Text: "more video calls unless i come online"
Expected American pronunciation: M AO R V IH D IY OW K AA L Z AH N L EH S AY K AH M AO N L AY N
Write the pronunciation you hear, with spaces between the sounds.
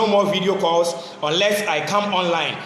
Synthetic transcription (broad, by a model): M AO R V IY D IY OW K AA L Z AH N L EH S AY K AH M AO N L AY N